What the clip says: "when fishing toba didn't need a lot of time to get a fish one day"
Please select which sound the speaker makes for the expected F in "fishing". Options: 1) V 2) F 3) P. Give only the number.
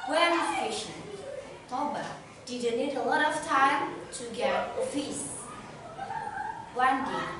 3